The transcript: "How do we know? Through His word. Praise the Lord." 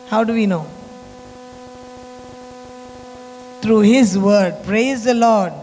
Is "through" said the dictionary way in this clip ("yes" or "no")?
no